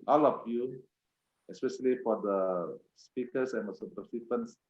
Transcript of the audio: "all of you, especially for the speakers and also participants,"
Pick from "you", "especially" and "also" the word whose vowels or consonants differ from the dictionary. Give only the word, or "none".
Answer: also